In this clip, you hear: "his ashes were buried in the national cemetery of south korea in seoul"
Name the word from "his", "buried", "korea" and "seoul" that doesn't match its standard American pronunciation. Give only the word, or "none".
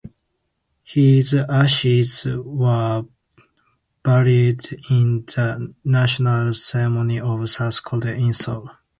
korea